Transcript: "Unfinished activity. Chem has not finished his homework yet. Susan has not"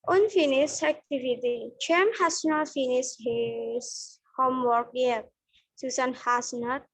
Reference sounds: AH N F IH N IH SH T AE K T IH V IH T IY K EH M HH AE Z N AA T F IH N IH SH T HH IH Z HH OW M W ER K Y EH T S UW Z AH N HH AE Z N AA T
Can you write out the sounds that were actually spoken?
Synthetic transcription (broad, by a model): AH N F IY N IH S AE K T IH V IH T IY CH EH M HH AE S N AA T F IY N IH S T HH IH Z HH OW M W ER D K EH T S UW S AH N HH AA S N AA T